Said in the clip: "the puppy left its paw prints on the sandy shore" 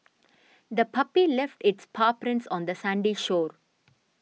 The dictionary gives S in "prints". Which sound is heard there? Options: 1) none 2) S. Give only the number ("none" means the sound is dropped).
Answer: 2